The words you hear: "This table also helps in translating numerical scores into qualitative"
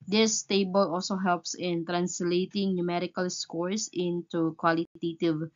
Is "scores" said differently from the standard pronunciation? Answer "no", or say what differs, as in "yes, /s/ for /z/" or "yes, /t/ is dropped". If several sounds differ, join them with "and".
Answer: yes, /s/ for /z/